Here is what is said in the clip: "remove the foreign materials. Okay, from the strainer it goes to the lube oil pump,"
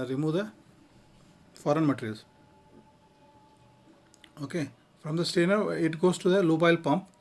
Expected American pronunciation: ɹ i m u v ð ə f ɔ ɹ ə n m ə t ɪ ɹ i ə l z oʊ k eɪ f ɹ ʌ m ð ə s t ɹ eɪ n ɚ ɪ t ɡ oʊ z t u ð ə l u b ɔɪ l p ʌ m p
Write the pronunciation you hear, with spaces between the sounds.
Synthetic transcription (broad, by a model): ɹ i m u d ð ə f ɔ ɹ ə n m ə t ɹ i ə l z oʊ k eɪ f ɹ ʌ m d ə s t eɪ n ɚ ɪ t ɡ oʊ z t u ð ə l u b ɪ l p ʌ m p